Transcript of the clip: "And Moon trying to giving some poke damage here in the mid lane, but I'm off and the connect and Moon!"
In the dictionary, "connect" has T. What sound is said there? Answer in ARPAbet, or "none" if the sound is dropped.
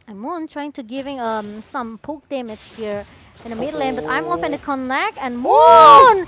none